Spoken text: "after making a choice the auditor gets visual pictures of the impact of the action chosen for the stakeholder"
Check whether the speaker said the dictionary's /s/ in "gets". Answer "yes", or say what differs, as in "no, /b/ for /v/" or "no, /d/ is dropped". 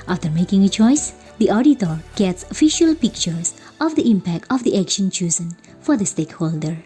yes